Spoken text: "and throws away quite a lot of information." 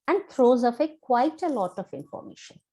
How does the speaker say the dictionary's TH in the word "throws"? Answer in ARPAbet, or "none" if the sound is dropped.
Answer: T